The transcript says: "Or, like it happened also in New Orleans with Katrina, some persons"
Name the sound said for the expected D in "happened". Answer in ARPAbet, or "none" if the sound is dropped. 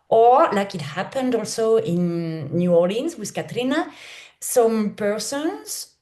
D